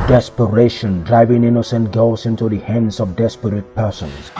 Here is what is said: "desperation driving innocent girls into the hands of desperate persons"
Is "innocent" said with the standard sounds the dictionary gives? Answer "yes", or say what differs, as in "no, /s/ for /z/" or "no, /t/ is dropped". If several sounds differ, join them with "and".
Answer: yes